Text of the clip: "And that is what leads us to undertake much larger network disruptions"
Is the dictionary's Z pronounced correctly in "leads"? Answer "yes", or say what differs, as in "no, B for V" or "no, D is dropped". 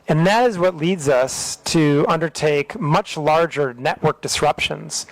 yes